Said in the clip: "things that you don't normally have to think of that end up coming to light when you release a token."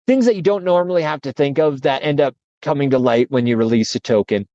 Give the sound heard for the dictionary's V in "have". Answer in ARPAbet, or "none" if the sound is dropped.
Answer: F